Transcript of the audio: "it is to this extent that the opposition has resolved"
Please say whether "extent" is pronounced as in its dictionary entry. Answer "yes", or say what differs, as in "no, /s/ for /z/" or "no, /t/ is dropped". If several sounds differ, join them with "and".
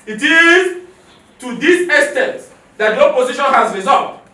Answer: no, /k/ is dropped